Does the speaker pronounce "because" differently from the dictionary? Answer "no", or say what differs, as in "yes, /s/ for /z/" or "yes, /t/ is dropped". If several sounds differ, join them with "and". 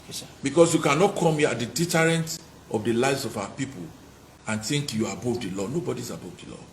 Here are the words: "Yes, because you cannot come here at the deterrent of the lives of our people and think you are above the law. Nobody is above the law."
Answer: yes, /s/ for /z/